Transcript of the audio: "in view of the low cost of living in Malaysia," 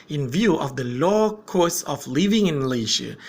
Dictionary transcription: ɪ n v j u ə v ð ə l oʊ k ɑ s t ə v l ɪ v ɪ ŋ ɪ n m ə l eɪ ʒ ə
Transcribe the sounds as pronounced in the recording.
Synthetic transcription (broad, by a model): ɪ n v j u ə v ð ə l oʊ k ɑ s ə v l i v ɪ ŋ ɪ n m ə l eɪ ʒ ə